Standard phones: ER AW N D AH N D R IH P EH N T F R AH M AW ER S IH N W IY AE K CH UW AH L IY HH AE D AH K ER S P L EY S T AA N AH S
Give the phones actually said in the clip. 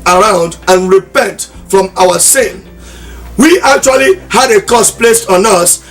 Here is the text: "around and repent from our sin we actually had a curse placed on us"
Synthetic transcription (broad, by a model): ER AW N D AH N R IH P EH N T F R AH M AW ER S IH N W IY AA K CH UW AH L IY HH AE D AH K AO S P L EY S T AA N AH S